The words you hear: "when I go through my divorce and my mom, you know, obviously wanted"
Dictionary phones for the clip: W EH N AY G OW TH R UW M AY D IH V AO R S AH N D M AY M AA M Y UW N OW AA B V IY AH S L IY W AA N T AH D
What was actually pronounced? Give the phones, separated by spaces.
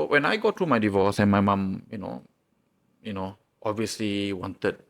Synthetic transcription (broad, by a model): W EH N AY G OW T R UW M AY D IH V AO S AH N M AY M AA M Y UW N OW AA B V IY AH S L IY W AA N T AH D